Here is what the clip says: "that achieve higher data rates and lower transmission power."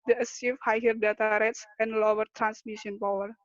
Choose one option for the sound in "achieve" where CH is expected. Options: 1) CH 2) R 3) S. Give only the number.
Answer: 3